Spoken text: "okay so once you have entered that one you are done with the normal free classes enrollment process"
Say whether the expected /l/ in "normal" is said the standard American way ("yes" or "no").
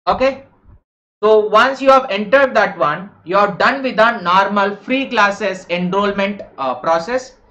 yes